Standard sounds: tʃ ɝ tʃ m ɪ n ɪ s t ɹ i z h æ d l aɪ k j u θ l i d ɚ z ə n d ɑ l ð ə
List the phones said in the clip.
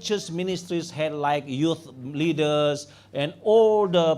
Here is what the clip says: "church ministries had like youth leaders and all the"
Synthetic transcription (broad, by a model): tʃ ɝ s m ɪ n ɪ s t ɹ i s h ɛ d l aɪ k j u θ l i d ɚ s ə n ɑ l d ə